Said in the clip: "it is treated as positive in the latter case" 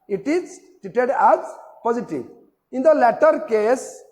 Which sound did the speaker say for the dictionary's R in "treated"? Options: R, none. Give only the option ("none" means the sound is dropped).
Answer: none